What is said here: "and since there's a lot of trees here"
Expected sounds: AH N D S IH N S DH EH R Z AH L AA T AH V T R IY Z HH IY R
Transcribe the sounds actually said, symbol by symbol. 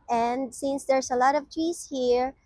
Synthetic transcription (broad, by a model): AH N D S IH N S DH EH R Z AH L AA T AH V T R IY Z HH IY R